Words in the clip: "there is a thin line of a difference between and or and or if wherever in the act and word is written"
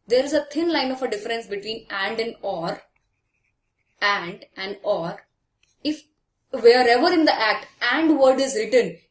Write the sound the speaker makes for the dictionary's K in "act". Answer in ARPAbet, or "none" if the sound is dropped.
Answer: K